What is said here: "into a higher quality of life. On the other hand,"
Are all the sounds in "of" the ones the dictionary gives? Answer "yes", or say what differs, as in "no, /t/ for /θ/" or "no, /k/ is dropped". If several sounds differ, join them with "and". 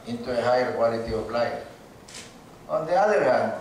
no, /p/ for /v/